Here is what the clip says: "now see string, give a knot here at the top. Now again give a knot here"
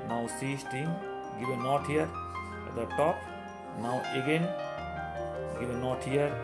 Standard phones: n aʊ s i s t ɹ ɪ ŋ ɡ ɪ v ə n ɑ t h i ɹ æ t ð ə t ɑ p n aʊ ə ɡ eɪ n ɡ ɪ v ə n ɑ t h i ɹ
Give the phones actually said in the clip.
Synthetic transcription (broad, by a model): n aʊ s i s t ɪ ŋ ɡ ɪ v ə n ɑ t h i ɹ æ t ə t ɑ p n aʊ ə ɡ eɪ n ɡ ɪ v ə n ɑ t h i ɹ